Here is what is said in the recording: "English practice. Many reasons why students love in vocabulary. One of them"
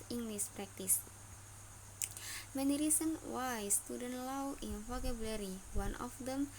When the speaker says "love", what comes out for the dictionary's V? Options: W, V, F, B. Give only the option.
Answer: W